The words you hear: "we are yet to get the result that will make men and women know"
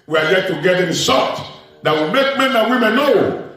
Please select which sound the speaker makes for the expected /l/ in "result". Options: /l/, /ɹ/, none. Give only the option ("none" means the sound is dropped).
none